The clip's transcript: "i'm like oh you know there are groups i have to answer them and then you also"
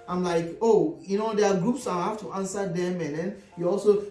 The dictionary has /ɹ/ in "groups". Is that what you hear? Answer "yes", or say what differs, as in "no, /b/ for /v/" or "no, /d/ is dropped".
yes